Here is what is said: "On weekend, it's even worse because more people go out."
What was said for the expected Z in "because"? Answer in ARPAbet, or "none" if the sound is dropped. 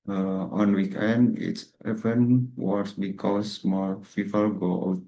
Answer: S